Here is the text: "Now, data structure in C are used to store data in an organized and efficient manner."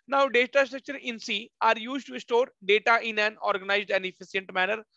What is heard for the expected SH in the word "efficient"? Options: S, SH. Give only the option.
S